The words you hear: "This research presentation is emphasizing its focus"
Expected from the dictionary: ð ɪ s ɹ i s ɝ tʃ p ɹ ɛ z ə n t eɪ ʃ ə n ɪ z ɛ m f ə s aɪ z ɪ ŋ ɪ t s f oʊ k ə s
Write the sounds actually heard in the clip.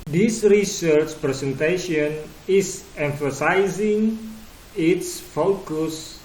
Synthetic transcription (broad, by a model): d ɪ s ɹ i s ɝ tʃ p ɹ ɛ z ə n t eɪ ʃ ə n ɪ s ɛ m f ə s aɪ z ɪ ŋ ɪ t s f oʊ k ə s